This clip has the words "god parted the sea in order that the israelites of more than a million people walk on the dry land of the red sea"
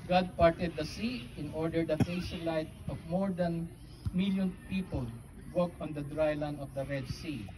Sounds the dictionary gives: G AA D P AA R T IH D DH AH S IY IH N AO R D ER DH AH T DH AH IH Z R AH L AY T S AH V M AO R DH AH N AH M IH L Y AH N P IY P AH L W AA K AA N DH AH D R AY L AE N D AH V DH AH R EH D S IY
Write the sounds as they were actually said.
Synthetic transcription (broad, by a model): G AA D P AA R T IH D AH S IY IH N AO R D ER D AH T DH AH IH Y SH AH L AY T AH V M AO R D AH N M IH L Y AH N P IY P AH L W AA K AA N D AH D R AY L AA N AH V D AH R EH D S IY